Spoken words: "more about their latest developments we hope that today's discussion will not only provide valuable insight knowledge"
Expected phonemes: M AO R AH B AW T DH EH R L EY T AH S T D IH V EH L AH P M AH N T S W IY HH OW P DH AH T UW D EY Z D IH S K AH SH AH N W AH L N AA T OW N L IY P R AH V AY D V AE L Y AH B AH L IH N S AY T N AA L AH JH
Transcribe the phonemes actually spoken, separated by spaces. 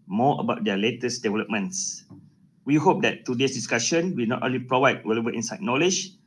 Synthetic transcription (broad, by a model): M AO AH B AW T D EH L EY T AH S D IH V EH L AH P M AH N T S W IY HH OW P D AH T UW D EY S D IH S K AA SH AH N W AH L N AA T OW N L IY P R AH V AY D W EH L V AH AH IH N S AY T N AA L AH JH